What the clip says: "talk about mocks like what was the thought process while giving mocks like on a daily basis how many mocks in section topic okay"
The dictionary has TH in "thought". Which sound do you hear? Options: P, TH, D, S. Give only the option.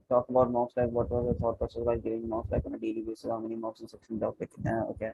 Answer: S